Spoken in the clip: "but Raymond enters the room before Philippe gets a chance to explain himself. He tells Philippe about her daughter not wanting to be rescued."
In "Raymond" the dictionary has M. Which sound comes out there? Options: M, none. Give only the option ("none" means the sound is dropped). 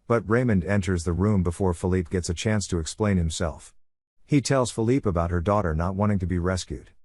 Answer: M